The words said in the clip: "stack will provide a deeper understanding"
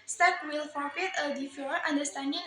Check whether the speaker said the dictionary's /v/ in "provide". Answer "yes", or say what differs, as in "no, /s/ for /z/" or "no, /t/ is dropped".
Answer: no, /f/ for /v/